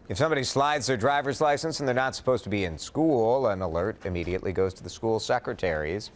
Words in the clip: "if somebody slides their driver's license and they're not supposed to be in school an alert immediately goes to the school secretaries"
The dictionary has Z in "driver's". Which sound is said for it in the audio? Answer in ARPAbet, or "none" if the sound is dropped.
Z